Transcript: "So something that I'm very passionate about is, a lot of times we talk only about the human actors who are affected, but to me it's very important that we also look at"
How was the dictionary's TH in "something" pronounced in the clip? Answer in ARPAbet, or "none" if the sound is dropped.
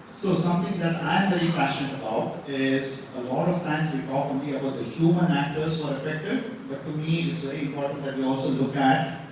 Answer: T